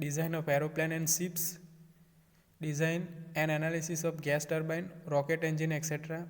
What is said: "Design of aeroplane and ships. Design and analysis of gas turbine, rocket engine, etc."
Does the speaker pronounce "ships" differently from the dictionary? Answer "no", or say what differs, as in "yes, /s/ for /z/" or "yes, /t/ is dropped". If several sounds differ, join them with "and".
yes, /s/ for /ʃ/